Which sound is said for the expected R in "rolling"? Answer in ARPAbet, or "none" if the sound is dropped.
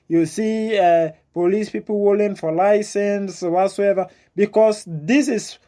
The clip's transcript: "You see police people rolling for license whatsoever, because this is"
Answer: W